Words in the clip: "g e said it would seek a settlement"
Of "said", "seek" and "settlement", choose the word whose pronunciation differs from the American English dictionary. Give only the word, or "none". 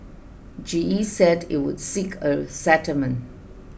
settlement